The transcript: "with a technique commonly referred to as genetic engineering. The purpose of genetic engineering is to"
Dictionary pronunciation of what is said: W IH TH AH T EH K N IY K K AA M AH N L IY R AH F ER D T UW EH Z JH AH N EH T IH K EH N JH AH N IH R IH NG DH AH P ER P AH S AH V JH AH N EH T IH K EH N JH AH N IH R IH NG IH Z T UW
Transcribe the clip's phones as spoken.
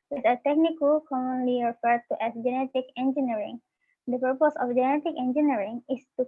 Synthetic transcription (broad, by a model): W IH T AH T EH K N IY K K AA M AH N L IY R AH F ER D T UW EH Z JH AH N EH T IH K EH N JH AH N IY R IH NG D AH P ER P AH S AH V JH AH N EH T IH K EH N JH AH N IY R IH NG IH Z T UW